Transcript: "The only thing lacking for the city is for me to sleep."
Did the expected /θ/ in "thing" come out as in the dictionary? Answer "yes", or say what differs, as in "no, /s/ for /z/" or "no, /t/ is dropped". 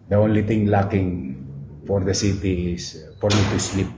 no, /t/ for /θ/